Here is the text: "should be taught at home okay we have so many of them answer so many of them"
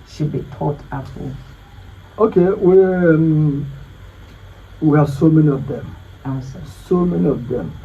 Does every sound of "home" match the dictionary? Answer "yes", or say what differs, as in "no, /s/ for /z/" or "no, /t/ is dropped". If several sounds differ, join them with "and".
no, /m/ is dropped